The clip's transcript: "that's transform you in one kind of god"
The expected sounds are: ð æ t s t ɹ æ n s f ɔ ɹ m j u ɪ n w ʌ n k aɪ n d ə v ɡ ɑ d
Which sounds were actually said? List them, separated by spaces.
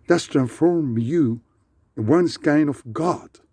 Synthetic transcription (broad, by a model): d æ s t ɹ æ n s f ɔ ɹ m j u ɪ w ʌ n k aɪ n ə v ɡ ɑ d